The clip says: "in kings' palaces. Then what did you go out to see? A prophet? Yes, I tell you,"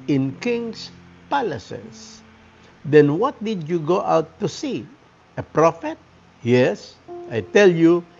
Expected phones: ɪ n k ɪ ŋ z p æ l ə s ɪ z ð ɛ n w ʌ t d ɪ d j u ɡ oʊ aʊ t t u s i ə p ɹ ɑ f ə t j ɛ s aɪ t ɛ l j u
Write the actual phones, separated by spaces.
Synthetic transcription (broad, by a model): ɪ n k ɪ ŋ s p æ l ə s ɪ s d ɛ n w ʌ t d ɪ d j u ɡ oʊ aʊ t t u s i ə p ɹ ɑ f ə t j ɛ s aɪ t ɛ l j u